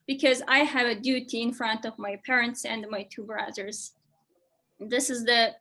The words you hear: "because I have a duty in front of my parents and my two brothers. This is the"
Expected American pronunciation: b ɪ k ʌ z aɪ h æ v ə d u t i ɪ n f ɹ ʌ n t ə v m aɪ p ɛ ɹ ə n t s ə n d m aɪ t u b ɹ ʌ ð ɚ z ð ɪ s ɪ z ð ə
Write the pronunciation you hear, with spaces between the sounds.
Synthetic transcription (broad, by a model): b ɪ k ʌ z aɪ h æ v ə d u t i ɪ n f ɹ ʌ n t ə v m aɪ p ɛ ɹ ə n t s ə n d m aɪ t u b ɹ ʌ ð ɚ z ð ɪ s ɪ z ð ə